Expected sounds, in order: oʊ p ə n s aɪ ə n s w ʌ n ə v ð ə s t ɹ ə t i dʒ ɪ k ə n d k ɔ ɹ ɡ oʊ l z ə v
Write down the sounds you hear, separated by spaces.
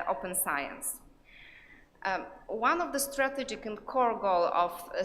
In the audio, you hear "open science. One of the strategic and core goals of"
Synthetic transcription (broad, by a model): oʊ p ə n s aɪ ə n s w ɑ n ə v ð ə s t ɹ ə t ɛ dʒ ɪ k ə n k ɔ ɹ ɡ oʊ l ə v